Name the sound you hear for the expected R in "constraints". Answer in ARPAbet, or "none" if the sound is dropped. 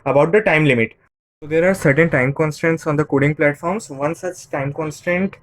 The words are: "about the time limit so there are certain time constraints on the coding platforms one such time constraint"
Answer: none